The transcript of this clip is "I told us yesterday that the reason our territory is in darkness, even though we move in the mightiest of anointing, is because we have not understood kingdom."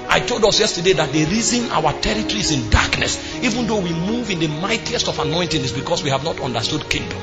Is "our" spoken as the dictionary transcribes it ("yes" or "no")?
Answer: no